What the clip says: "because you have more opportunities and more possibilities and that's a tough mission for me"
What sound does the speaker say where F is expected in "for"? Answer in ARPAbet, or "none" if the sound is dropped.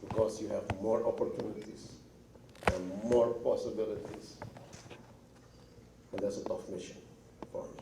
P